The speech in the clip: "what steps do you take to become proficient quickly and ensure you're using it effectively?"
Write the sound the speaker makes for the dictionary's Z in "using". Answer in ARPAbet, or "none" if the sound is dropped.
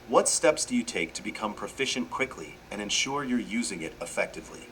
Z